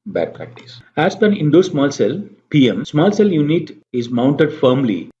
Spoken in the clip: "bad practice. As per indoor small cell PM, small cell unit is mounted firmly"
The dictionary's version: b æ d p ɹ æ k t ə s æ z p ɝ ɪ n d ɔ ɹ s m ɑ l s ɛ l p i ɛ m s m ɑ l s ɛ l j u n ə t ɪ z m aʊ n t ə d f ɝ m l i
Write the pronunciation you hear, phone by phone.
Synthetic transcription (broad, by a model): b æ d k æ t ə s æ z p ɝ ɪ n d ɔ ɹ s m ɑ l s ɛ l p i ɛ m s m ɑ l s ɛ l j u n ə t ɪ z m aʊ n t ə d f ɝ m l i